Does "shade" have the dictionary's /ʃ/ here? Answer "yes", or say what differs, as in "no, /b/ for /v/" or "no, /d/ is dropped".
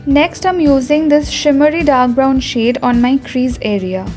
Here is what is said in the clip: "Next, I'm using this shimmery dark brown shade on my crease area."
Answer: yes